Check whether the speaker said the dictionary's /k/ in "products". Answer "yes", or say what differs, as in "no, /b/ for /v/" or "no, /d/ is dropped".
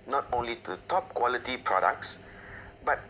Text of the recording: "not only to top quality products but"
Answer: yes